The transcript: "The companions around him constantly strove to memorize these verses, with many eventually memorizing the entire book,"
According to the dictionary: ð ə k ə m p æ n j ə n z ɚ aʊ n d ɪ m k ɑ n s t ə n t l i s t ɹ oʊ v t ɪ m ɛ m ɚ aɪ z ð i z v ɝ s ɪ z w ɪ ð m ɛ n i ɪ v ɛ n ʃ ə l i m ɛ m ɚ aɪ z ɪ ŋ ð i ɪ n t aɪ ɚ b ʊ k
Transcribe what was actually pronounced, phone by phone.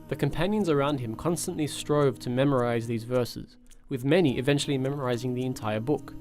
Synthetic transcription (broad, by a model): ð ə k ə m p æ n j ə n z ɚ aʊ n d ɪ m k ɑ n s t ə n t l i s t ɹ oʊ v t ɪ m ɛ m ɚ aɪ z ð i z v ɝ s ɪ z w ɪ ð m ɛ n i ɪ v ɛ n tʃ l i m ɛ m ɚ aɪ z ɪ ŋ ð i ɪ n t aɪ ɚ b ʊ k